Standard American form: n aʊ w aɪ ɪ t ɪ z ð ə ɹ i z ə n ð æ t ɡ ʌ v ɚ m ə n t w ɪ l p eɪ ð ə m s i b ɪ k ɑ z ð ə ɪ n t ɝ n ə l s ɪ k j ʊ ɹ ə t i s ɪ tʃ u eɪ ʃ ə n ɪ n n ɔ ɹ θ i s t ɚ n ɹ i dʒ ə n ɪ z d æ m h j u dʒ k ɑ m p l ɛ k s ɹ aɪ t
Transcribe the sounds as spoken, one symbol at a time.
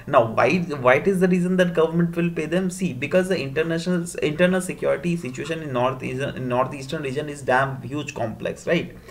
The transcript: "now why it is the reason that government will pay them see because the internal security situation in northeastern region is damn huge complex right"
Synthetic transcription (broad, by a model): n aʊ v aɪ ɪ t ɪ z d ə ɹ i z ə n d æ t ɡ ʌ v ɚ m ə n t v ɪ l p eɪ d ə m s i b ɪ k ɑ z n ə ɪ n t ɝ n ə l s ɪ k j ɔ ɹ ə t i s ɪ tʃ u eɪ ʃ ə n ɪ n n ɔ ɹ t i s t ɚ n ɹ i dʒ ə n ɪ z d æ m h j u dʒ k ɑ m p l ɛ k s ɹ aɪ t